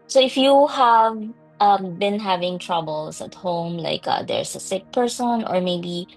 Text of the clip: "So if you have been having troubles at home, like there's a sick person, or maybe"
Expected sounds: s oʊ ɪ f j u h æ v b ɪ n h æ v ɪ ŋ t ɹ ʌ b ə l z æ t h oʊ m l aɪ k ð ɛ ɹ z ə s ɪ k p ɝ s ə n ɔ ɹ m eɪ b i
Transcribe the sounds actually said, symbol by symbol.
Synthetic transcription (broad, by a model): s oʊ ɪ f j u h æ v b ɪ n h æ v ɪ ŋ t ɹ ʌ b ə l s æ t h oʊ m l aɪ k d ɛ ɹ s ə s ɪ k p ɝ s ə n ɔ ɹ m eɪ b i